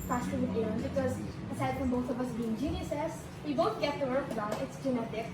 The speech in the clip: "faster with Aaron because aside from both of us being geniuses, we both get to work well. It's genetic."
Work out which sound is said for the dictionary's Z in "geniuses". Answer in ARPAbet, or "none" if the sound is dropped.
S